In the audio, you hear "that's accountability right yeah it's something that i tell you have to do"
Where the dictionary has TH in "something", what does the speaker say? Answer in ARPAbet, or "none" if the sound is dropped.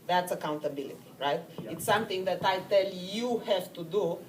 T